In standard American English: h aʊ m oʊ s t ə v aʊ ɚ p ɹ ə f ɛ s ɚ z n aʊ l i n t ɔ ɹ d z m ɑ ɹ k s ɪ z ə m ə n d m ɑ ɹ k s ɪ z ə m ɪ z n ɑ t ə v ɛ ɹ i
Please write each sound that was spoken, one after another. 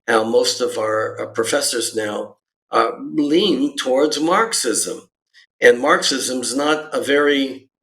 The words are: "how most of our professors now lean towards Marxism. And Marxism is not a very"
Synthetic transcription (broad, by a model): h aʊ m oʊ s t ə v aʊ ɚ p ɹ ə f ɛ s ɚ z n aʊ l i n t ɔ ɹ d z m ɑ ɹ k s ɪ z ə m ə n m ɑ ɹ k s ɪ z ə m ɪ z n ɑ t ə v ɛ ɹ i